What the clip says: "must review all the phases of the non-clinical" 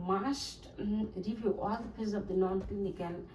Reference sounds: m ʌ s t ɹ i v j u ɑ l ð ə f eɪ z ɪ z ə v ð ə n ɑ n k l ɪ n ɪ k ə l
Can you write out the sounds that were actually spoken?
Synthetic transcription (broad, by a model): m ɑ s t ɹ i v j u ɑ l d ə p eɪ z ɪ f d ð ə n ɑ n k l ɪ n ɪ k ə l